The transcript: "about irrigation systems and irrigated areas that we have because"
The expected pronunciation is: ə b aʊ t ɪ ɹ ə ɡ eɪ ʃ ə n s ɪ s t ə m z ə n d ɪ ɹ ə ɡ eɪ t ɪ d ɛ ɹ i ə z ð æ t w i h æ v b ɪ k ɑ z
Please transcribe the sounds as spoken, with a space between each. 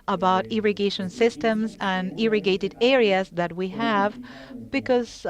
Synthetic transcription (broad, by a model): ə b aʊ t ɪ ɹ ə ɡ eɪ ʃ ə n s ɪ s t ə m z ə n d ɪ ɹ ə ɡ eɪ t ɪ d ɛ ɹ i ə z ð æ t w i h æ v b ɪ k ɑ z